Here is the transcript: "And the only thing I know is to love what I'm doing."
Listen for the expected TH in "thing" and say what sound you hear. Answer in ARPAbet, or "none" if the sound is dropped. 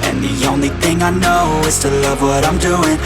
TH